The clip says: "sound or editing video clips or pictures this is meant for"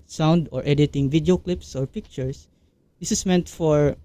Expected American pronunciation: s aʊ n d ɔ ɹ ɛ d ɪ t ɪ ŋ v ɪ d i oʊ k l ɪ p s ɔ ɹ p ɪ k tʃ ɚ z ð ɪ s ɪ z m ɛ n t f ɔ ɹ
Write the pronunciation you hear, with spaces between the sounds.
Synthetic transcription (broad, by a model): s aʊ n d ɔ ɹ ɛ d ɪ t ɪ ŋ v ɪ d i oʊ k l ɪ p s ɔ ɹ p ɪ k tʃ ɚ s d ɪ s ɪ s m ɛ n t f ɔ ɹ